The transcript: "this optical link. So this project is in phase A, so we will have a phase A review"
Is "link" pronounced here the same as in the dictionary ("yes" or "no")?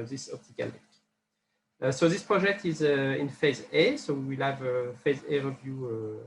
no